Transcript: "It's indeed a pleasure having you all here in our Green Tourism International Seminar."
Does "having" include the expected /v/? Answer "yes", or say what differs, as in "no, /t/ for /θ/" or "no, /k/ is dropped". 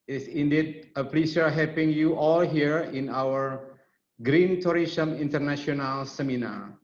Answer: no, /p/ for /v/